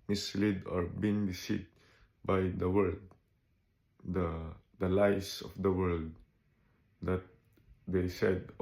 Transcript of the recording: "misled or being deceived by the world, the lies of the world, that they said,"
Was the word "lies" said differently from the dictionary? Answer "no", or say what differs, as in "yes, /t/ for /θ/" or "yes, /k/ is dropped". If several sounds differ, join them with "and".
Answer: yes, /s/ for /z/